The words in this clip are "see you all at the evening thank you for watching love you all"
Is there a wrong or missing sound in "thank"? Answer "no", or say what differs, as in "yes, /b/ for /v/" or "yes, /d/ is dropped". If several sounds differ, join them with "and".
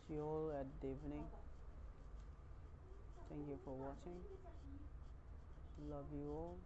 yes, /t/ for /θ/